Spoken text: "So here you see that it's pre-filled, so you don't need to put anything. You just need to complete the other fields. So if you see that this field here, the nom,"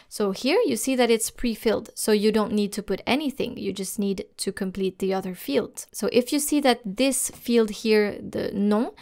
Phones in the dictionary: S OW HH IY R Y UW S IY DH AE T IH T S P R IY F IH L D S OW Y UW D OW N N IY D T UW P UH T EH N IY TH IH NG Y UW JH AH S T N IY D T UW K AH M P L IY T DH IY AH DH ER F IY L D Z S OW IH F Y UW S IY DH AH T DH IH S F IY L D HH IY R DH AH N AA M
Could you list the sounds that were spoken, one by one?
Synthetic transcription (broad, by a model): S OW HH IY R Y UW S IY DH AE T IH T S P R IY F IH L D S OW Y UW D OW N N IY D T UW P UH T EH N IY TH IH NG Y UW JH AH S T N IY D T UW K AH M P L IY T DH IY AH DH ER F IY L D S OW IH F Y UW S IY DH AH T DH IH S F IY L D HH IY R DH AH N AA